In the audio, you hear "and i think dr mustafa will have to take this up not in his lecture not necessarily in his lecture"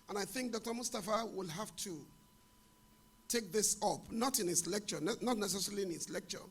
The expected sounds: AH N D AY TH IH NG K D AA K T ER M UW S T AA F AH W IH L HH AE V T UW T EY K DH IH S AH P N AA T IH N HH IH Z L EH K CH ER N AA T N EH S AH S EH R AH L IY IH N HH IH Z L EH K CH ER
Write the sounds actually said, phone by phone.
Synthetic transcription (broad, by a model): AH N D AY TH IH NG K D AA K T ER M UW S T AA F AH W IH L HH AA F T UW T EY K DH IH S AH P N AA T IH N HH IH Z L EH K CH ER N AA T N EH S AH S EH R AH L IY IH N HH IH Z L EH K CH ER